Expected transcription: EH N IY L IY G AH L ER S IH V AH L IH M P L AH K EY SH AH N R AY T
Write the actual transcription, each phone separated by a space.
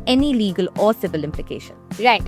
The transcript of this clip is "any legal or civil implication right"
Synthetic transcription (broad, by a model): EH N IY L IY G AH L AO S IH V AH L IH M P L AH K EY SH AH N R AY T